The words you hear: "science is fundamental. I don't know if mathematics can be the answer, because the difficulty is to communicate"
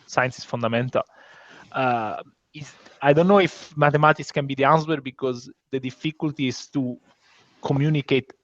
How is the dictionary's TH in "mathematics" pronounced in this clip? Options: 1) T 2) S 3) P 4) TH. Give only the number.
1